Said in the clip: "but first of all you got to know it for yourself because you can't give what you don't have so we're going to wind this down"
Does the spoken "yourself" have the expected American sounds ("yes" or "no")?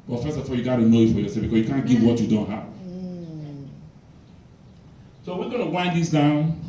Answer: no